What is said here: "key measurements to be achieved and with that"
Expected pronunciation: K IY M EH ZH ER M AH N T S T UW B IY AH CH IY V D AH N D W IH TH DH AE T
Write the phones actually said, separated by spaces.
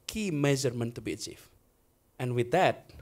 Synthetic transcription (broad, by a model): K IY M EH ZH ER M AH N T T UW B IY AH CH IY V AH N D W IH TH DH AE T